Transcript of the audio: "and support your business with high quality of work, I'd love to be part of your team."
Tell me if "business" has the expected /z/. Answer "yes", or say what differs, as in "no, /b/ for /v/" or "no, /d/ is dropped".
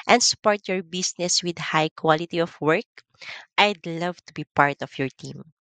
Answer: no, /s/ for /z/